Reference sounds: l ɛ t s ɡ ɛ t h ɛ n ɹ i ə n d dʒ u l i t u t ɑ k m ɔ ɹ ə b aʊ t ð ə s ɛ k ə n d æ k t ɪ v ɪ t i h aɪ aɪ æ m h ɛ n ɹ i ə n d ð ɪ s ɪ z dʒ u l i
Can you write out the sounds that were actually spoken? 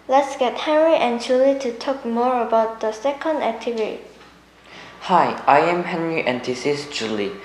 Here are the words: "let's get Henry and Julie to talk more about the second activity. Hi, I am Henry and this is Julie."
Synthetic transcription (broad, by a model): l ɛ t s ɡ ɛ t h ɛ n ɹ i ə n dʒ u l i t u t ɑ k m ɔ ɹ ə b aʊ t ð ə s ɛ k ə n d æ k t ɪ v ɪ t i h aɪ aɪ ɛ m h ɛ n ɹ i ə n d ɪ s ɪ s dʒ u l i